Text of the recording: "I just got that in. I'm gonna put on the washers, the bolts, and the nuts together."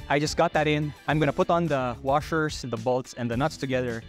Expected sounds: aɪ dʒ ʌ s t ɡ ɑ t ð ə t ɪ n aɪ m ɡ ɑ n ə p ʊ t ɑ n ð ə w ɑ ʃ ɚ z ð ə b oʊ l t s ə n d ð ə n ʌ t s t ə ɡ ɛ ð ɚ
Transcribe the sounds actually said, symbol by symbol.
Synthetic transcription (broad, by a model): aɪ dʒ ʌ s t ɡ ɑ t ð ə t ɪ n aɪ m ɡ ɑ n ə p ʊ t n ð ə w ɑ ʃ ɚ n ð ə b oʊ l t s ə n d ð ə n ʌ t s t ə ɡ ɛ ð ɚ